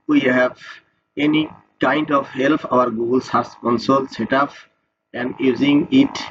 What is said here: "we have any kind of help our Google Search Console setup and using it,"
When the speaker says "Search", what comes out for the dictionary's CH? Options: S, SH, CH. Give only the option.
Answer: S